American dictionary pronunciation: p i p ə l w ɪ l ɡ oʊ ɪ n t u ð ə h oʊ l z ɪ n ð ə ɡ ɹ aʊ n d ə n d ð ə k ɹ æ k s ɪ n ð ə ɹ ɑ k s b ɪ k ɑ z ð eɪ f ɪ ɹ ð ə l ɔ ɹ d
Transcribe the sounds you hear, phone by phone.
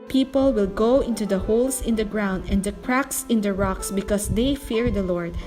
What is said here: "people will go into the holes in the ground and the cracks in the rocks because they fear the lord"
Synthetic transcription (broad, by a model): p i p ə l w ɪ l ɡ oʊ ɪ n t u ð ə h oʊ l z ɪ n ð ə ɡ ɹ aʊ n d ə n d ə k ɹ æ k s ɪ n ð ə ɹ ɑ k s b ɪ k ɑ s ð eɪ f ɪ ɹ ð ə l ɔ ɹ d